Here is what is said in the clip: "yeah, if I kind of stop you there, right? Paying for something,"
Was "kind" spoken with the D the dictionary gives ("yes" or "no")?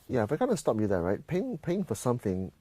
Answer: no